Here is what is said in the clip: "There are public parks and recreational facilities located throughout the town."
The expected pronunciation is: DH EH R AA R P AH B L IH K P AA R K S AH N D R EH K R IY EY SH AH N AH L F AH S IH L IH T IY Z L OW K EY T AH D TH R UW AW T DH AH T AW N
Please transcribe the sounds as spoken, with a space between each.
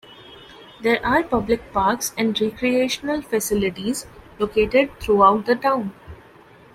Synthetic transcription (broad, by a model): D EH R AA R P AH B L IH K P AA R K S AH N D R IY K R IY EY SH AH N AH L F AH S IH L IH T IY Z L OW K EY T AH D T R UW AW T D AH T AW N